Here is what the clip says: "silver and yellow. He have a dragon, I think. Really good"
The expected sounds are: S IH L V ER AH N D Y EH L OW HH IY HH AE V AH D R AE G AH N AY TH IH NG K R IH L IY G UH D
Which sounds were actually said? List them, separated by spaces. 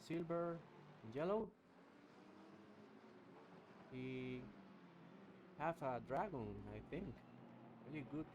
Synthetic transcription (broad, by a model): S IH L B ER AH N Y EH L OW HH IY HH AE F AH D R AE G AH N AY TH IH NG K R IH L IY G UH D